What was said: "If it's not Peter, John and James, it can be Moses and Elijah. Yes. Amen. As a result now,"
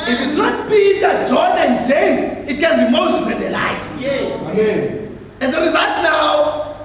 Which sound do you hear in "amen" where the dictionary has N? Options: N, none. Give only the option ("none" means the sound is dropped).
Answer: none